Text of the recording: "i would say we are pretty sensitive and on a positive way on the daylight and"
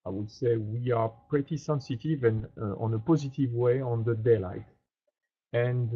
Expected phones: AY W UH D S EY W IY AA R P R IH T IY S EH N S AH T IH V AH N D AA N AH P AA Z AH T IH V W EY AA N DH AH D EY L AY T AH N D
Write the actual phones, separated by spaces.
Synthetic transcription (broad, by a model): AY W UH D S EY W IY AA R P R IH T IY S EH N S AH T IH V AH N AA N AH P AA Z AH T IH V W EY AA N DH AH D EY L AY T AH N